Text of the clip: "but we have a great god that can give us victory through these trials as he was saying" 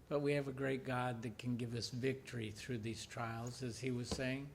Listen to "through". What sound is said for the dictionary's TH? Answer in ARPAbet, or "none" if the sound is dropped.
TH